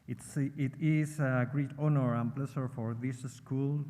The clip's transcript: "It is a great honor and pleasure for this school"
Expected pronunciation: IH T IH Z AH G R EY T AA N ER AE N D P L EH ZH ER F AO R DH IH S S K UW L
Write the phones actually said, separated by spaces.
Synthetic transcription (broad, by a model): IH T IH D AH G R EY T AA N ER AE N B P L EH S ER F AO R DH IH S S K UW L